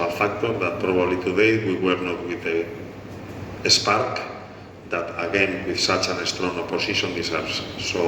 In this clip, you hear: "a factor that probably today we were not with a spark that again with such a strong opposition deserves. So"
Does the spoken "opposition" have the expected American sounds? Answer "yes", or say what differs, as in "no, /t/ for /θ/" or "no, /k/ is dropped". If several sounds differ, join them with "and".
no, /s/ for /z/